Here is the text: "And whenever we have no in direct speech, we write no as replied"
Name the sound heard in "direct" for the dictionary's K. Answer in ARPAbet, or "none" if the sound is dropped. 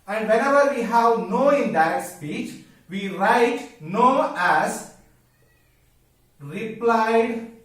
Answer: none